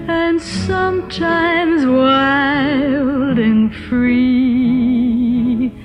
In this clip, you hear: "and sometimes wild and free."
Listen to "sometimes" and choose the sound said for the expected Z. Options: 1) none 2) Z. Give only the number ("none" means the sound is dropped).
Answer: 2